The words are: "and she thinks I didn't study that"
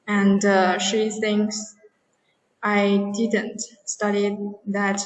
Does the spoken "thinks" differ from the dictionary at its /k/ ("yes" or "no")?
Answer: yes